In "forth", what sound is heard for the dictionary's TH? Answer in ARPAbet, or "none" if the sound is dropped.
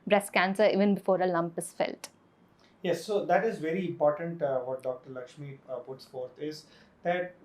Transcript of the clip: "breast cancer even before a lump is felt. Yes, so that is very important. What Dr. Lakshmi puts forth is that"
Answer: T